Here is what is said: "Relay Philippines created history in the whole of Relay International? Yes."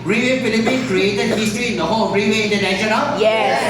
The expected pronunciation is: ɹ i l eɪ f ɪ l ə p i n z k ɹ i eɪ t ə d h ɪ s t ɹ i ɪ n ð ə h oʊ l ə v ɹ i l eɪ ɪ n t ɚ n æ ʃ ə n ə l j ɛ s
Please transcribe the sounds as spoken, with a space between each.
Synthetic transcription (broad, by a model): ɹ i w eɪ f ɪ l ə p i n k ɹ i eɪ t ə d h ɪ s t ɹ i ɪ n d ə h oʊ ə ɹ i w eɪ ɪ n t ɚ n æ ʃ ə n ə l j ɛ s